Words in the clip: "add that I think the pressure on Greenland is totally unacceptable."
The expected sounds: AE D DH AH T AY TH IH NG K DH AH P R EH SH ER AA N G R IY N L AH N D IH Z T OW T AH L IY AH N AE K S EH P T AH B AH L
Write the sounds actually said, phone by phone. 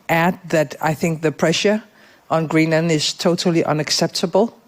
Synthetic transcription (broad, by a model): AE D DH AH T AY TH IH NG K DH AH P R EH SH ER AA N G R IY N AH N IH Z T OW T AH L IY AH N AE K S EH P T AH B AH L